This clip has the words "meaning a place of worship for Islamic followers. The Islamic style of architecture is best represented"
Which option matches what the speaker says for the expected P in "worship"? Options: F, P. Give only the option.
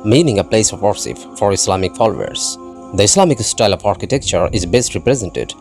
F